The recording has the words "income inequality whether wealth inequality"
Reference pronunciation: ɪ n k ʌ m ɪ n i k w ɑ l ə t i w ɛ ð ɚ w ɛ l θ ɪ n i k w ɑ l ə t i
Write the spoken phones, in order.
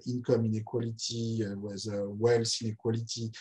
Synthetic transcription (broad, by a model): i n k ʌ m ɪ n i k w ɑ l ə t i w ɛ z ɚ w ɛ l s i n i k w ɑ l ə t i